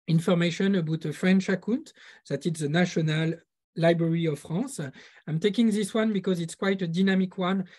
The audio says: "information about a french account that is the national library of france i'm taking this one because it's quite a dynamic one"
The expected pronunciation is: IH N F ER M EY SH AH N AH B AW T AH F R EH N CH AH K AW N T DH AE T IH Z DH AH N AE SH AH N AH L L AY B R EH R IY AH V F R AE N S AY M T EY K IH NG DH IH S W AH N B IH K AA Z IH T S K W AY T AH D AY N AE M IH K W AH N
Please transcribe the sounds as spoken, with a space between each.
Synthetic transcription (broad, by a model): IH N F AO M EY SH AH N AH B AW T AH F R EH N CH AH K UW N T DH AE T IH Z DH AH N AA SH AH N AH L L AY B R EH R IY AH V F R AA S AY M T EY K IH NG DH IH S W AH N B IH K AA Z IH T S K W AY T AH D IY N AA M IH K W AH N